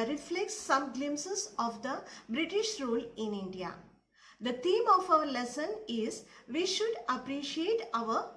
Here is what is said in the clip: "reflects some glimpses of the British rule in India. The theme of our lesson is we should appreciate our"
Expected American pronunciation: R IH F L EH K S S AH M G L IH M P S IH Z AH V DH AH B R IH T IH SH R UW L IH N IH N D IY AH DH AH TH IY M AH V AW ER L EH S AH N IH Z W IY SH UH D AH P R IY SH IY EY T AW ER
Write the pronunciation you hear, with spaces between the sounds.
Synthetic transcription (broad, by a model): R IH F L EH K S S AH M G L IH M S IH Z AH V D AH B R IH T IH SH R UW L IH N IH N D IY AH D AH T IY M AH F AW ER L EH S AH N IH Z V IY SH UH D AH P R IY SH IY EY T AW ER